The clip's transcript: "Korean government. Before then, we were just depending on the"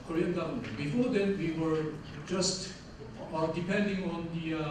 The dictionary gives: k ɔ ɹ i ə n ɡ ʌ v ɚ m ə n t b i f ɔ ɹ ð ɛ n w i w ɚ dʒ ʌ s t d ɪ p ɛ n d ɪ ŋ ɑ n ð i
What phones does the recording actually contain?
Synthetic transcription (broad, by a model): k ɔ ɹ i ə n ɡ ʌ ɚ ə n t b i f ɔ ɹ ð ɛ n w i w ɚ dʒ ʌ s t d ɪ p ɛ n d ɪ ŋ ɑ n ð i